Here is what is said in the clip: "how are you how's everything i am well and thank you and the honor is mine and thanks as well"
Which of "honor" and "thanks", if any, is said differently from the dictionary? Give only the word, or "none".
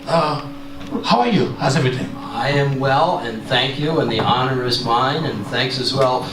none